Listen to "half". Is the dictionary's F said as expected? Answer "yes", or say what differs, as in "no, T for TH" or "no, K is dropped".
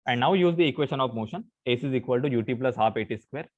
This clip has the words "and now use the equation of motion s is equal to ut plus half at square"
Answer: no, P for F